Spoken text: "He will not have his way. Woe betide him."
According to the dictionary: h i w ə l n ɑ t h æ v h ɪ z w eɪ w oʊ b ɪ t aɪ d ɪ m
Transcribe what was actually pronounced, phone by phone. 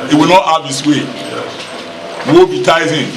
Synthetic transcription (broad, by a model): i w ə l n ɑ t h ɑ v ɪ s w eɪ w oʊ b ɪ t aɪ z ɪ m